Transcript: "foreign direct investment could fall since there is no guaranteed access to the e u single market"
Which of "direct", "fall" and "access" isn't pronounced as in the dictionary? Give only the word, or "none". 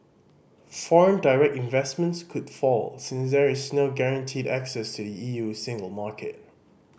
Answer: none